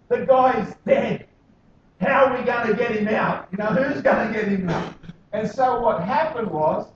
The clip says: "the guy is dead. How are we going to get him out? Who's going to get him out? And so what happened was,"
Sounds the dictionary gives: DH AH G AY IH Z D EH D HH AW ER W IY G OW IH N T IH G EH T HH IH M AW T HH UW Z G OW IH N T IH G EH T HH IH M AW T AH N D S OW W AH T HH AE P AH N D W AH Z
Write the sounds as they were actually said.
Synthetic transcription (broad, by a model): DH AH G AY IH Z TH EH HH AW ER W IY G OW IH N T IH G EH T HH IH M AW T HH UW Z G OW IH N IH G EH T HH IH M AW T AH N S OW W AH T HH AE P AH N D W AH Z